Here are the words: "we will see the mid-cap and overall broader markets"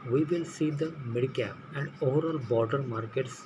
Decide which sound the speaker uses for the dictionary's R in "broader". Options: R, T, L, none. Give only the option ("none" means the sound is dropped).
none